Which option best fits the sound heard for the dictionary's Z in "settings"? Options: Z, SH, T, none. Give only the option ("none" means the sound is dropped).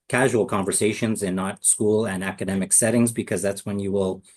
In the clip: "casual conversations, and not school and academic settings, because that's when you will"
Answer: Z